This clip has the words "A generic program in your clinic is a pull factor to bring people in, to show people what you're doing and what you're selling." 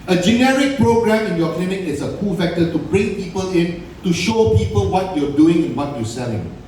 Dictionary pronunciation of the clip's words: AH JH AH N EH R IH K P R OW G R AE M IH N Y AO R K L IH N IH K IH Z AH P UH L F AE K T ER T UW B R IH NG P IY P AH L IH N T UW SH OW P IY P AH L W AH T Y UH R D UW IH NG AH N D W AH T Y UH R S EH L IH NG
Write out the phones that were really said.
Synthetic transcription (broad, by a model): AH JH AH N EH R IH K P R OW G R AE M IH N Y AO K L IH N IH K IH S AH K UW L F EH K T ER T UW B R IH NG P IY P AH L IH N T UW SH OW P IY P AH L W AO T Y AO D UW IH NG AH N W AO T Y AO S EH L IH NG